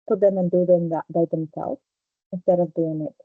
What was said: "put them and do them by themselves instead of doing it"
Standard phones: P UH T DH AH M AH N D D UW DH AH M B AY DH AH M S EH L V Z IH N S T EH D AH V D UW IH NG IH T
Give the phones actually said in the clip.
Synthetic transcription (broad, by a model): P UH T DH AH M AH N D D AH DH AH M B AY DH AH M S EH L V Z IH N S T EH D AH V D UW IH NG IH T